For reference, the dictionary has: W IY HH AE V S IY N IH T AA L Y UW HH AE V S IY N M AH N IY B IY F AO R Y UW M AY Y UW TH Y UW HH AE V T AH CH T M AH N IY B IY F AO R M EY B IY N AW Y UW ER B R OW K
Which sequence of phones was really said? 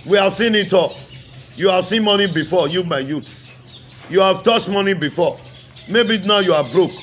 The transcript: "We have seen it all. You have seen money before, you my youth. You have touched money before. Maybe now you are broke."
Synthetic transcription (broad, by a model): W IY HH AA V S IY N IH T AA L Y UW HH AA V S IY N M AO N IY B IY F AO Y UW M AY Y UW T Y UW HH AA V T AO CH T M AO N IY B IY F AO M EY B IY N AW Y UW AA B R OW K